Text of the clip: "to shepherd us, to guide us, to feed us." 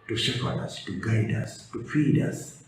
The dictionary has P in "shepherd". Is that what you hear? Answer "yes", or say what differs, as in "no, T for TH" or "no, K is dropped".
no, F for P